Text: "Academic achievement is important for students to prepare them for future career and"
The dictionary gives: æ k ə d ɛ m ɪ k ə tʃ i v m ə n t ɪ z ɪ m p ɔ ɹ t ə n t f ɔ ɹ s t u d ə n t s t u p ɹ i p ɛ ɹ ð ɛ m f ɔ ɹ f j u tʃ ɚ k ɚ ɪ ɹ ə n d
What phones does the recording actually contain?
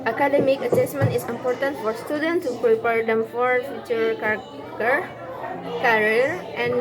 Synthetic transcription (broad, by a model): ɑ k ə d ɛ m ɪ k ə s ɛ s m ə n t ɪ s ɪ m p ɔ ɹ t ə n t f ɔ ɹ s t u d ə n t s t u p ɹ i p ɛ ɹ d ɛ m f ɔ ɹ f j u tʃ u k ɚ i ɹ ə n